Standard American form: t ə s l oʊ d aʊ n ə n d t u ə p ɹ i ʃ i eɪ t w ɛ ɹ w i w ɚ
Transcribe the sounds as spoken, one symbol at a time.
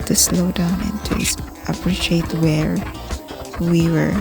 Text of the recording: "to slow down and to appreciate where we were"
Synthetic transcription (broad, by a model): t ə s l oʊ d aʊ n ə n t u ə p ɹ i ʃ i eɪ t w ɛ ɹ w i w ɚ